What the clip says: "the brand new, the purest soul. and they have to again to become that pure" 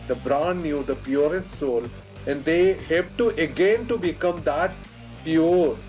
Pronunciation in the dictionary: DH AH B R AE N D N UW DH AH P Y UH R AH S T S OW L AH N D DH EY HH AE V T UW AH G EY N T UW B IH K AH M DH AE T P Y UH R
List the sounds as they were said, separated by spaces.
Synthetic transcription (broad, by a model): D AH B R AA N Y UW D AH P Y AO R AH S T S OW L AH N D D EY HH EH P T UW AH G EY N T UW B IH K AH M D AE T P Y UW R